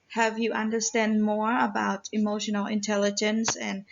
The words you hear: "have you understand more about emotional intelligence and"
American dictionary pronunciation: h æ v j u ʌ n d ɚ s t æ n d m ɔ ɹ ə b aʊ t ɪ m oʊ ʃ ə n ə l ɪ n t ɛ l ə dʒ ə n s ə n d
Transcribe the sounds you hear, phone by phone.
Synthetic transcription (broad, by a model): h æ v j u ʌ n d ɚ s t æ n d m ɔ ɹ ə b aʊ t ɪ m oʊ ʃ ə n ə l ɪ n t ɛ l ə dʒ ə n s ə n